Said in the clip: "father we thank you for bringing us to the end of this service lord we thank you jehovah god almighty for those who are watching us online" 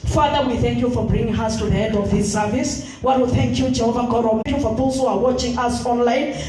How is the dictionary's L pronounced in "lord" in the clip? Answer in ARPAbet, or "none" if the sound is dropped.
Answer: W